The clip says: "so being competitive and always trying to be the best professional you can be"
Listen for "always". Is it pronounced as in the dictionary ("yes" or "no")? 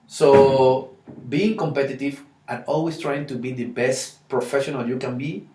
no